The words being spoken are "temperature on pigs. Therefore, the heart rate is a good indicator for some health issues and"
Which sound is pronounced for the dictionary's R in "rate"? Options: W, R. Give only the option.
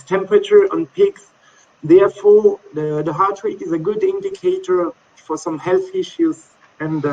W